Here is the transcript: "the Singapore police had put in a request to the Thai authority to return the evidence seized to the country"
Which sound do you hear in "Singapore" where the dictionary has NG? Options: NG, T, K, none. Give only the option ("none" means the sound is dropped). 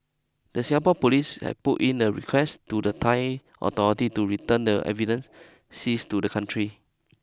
none